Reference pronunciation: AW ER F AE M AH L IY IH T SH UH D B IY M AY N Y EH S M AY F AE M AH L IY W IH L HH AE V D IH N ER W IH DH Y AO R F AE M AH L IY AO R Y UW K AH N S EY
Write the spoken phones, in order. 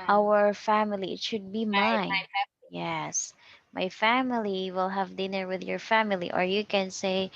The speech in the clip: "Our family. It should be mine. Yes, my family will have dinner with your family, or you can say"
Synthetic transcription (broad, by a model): AW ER F AE M AH L IY IH T SH UH D B IY M AY N Y EH S M AY F AE M AH L IY W IH L HH AE V D IH N ER W IH DH Y AO R F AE M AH L IY AO R Y UW K AH N S EY